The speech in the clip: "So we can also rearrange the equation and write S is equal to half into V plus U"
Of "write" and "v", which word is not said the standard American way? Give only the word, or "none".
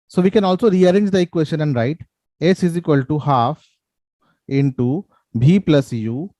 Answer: v